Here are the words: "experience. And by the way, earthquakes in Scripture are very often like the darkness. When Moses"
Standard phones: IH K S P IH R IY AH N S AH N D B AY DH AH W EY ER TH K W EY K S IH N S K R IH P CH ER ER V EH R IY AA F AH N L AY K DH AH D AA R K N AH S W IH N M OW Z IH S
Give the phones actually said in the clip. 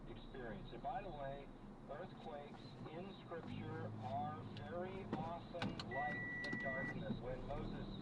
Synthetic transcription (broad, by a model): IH K S P IH R IY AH N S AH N B AY DH AH W EY ER TH K W EY K S IH N S K R IH P CH ER ER V EH R IY AA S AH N L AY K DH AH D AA R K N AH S W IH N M OW Z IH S